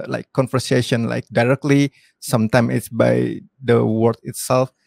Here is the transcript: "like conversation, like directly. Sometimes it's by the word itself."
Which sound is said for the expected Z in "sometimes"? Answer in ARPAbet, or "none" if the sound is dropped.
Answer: none